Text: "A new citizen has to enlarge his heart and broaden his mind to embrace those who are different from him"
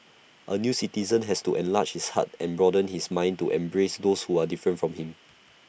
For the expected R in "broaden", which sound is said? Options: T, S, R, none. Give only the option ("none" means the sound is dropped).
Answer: R